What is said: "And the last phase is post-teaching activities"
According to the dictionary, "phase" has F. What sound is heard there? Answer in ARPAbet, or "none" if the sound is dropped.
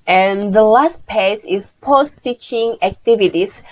P